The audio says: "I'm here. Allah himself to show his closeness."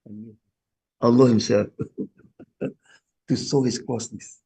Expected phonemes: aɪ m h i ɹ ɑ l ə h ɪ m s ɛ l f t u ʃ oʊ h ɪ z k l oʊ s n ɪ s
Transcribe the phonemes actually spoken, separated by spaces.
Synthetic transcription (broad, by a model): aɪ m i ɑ l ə h ɪ m s ɛ l f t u s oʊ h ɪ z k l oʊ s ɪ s